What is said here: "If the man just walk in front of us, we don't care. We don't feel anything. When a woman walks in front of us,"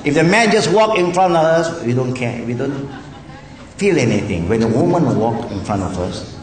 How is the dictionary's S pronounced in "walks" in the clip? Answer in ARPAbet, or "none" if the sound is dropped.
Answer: none